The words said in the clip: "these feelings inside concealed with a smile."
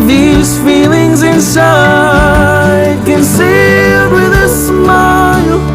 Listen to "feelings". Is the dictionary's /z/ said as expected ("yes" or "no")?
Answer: yes